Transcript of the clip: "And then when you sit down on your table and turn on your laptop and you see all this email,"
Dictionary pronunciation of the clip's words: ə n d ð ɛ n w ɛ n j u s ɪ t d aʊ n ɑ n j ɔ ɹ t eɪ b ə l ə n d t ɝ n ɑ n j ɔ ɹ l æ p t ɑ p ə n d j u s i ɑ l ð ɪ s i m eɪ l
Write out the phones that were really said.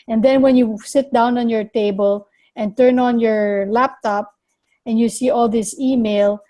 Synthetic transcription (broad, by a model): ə n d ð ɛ n w ɛ n j u s ɪ t d aʊ n ɑ n j ɔ ɹ t eɪ b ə l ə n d t ɝ n ɑ n j ɔ ɹ l æ p t ɑ p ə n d j u s i ɑ l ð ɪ s i m eɪ l